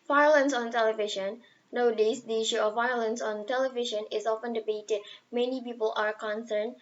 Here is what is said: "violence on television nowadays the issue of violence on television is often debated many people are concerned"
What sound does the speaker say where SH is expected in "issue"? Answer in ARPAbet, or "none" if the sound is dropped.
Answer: SH